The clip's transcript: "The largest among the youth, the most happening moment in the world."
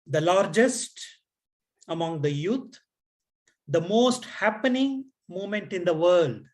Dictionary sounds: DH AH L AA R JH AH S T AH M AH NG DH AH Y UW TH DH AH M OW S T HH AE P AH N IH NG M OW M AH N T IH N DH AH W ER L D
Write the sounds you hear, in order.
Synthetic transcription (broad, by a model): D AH L AA R JH AH S T AH M AH NG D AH Y UW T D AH M OW S T HH AE P AH N IH NG M OW M AH N T IH N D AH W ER L D